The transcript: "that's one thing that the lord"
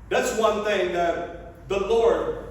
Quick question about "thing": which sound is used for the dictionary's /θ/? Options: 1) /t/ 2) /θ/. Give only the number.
2